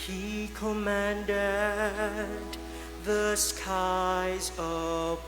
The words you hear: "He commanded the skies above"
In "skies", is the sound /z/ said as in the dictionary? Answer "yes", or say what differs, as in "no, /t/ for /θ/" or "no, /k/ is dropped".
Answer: yes